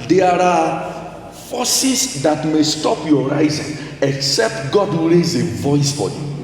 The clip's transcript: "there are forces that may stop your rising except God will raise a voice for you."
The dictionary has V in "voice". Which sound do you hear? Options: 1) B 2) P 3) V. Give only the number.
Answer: 3